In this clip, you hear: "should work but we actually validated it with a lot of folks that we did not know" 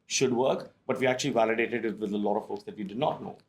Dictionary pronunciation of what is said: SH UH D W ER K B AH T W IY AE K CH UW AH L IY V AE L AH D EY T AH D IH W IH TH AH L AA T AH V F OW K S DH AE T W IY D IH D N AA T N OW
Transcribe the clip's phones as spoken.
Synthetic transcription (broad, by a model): SH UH D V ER K B AH T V IY AE K CH UW AH L IY V AE L AH D EY T AH D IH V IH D AH L AA T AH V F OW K S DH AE T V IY D IH D N AA T N OW